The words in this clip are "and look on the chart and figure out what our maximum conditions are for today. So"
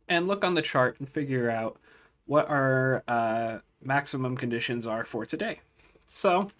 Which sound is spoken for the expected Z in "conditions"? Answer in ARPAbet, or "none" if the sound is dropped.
Z